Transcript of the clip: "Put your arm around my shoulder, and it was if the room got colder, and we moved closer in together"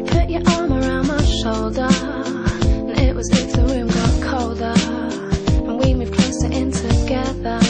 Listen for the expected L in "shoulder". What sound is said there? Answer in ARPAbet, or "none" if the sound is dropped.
L